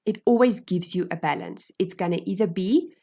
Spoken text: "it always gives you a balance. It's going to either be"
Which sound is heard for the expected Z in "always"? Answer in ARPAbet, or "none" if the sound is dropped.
Z